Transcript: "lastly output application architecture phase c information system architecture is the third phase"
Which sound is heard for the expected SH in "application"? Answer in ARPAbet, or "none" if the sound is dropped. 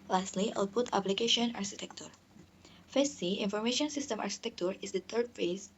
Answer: SH